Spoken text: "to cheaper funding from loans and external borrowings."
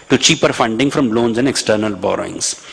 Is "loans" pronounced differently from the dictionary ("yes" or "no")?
no